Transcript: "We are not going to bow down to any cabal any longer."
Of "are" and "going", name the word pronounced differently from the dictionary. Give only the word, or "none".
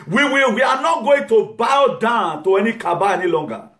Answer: are